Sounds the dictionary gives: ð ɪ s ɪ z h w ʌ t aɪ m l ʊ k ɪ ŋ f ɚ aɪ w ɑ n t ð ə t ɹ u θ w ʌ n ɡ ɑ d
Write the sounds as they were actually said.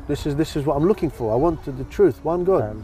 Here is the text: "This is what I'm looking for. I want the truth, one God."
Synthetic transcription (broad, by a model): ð ɪ s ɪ z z w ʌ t aɪ m l ʊ k ɪ ŋ f ɚ aɪ w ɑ n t ð ə t ɹ u θ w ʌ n ɡ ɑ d